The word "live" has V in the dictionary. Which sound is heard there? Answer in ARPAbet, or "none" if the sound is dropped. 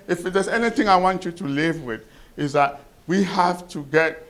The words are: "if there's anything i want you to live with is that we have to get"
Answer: V